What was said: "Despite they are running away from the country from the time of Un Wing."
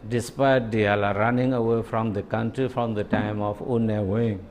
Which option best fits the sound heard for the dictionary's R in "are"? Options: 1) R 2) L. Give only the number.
2